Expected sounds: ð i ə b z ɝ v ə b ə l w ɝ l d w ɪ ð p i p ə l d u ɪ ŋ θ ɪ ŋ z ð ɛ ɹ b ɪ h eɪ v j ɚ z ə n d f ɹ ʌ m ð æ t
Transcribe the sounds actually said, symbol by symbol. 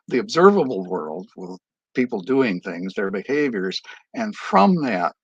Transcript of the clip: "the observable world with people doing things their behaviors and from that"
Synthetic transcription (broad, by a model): ð i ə b z ɝ v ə b l w ɝ l d w ɪ ð p i p l d u ɪ ŋ θ ɪ ŋ z ð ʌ ɹ b ɪ h eɪ v j ɚ z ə n f ɹ ʌ m ð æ t